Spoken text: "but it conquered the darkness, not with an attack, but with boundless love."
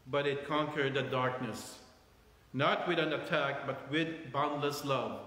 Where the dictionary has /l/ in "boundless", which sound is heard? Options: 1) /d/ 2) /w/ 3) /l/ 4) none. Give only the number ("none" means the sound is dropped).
3